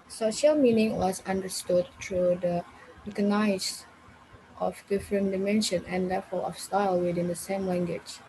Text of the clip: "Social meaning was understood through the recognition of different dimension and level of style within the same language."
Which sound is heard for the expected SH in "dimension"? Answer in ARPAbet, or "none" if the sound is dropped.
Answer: SH